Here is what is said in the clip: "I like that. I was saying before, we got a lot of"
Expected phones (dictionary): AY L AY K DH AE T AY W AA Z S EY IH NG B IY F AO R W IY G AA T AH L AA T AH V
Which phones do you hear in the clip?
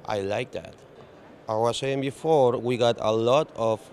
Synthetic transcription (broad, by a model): AY L AY K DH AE T AY W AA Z S EY IH NG B IY F AO R W IY G AA T AH L AA T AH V